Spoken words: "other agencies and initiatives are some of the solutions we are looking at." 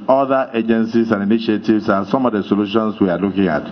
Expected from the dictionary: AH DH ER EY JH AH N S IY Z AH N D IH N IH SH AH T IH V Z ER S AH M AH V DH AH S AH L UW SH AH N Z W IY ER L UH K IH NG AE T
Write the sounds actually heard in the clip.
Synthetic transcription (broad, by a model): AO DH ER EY JH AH N S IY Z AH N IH N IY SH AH T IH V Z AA S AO M AH V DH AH S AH L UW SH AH N S W IY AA L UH K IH NG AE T